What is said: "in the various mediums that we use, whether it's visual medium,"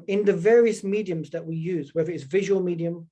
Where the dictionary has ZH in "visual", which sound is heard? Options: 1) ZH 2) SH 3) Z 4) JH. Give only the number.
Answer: 1